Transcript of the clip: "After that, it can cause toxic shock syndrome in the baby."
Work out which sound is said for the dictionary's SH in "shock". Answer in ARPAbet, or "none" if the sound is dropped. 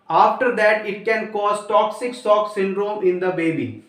S